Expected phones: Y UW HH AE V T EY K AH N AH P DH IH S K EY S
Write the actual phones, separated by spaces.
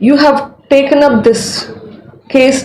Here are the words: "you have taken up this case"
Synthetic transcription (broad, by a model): Y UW HH AE V T EY K AH N AH P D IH S K EY S